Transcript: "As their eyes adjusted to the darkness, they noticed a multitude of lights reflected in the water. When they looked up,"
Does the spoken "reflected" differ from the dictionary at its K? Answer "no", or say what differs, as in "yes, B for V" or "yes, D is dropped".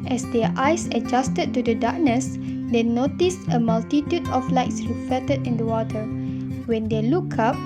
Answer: yes, K is dropped